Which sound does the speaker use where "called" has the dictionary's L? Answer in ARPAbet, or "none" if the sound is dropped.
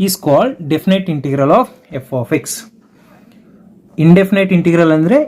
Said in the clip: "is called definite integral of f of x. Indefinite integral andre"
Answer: L